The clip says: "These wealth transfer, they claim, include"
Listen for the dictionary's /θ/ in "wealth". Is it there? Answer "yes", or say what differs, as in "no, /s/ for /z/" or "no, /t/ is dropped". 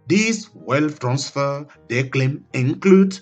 no, /f/ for /θ/